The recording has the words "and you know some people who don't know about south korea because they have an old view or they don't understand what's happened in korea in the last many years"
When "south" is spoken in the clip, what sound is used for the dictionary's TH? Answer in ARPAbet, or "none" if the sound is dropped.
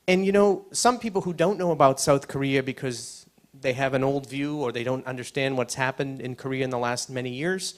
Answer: TH